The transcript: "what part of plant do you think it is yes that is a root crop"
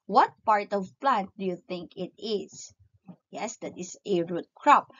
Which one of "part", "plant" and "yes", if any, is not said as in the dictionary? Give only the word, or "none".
none